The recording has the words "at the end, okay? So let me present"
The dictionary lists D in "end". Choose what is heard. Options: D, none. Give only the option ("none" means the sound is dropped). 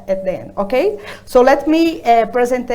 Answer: none